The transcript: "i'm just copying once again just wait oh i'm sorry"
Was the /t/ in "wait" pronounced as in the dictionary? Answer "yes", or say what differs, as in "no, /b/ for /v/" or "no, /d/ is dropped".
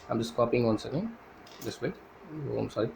no, /t/ is dropped